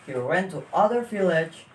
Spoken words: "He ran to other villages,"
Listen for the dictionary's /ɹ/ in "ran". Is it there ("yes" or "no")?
no